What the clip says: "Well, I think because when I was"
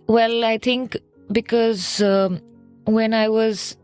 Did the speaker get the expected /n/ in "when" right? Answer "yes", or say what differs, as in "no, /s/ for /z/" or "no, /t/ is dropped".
yes